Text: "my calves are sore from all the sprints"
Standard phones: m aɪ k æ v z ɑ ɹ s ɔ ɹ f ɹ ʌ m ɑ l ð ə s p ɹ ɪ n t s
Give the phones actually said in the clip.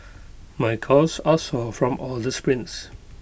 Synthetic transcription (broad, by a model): m aɪ k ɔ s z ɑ l s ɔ f ɹ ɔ m ɑ l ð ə s p ɹ ɪ n t s